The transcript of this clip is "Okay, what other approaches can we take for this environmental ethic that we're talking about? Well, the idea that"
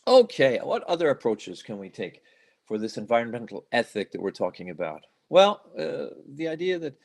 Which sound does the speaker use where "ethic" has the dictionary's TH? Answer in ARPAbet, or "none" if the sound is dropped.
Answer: TH